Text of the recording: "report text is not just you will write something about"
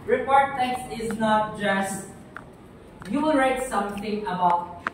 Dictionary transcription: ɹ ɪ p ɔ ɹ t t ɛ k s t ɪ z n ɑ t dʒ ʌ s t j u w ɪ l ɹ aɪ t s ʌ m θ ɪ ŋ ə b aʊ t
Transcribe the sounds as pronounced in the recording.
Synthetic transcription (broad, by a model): ɹ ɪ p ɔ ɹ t t ɛ k s t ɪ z n ɑ t dʒ ʌ s t j u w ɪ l ɹ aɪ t s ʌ m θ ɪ ŋ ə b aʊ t